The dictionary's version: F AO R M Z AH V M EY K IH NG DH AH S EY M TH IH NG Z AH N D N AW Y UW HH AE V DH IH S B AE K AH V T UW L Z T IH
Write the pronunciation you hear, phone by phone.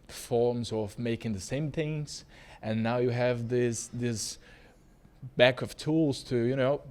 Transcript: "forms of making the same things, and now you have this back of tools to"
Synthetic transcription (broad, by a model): F AO R M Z AH V M EY K IH NG DH AH S EY M TH IH NG Z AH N N AW Y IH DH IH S DH IH S B AE K AH V T UW L Z T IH